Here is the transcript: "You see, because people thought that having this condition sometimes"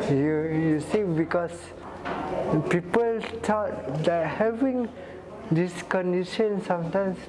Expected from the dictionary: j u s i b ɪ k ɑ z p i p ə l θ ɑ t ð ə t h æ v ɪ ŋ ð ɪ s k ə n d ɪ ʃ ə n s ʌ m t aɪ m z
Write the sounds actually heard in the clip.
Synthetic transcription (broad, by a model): j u s i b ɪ k ɑ s p i p ə l t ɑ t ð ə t h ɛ v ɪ ŋ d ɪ s k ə n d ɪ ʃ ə n s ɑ m t aɪ m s